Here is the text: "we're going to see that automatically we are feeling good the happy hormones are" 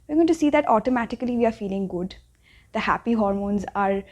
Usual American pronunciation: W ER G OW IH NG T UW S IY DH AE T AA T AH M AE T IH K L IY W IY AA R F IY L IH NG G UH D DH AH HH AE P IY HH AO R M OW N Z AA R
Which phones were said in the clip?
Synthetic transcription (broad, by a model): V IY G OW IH T UW S IY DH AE T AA T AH M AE T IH K L IY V IY AA R F IY L IH NG G UH D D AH HH AE P IY HH AO R M OW N Z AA R